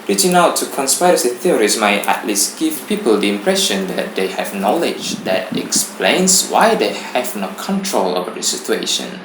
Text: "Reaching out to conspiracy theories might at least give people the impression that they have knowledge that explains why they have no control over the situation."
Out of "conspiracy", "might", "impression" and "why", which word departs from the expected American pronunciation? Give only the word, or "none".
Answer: conspiracy